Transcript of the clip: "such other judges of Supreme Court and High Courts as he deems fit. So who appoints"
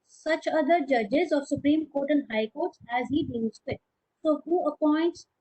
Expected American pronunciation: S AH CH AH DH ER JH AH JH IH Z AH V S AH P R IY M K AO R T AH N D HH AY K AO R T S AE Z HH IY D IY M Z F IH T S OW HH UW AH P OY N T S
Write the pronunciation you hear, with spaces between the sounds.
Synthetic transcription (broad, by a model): S AH CH AH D ER JH AH JH IH Z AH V S AH P R IY M K AO R T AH N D HH AY K AO R T S AE Z HH IY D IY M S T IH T S OW HH UW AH P OY N T S